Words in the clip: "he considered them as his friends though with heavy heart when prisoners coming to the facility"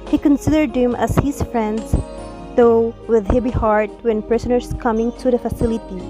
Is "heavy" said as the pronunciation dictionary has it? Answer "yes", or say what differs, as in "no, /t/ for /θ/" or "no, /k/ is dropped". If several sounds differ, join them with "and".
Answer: no, /b/ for /v/